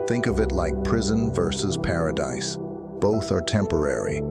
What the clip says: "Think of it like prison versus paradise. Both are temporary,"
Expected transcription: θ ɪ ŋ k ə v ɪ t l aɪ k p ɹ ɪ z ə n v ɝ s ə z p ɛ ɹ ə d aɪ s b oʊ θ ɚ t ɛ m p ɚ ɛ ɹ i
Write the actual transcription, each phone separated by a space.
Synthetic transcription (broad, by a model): θ ɪ ŋ k ə v ɪ t l aɪ k p ɹ ɪ z ə n v ɝ s ə z p ɛ ɹ ə d aɪ s b oʊ θ ɚ t ɛ m p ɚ ɛ ɹ i